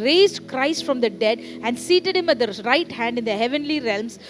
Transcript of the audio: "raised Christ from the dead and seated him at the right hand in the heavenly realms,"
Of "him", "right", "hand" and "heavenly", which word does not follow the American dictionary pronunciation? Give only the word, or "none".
none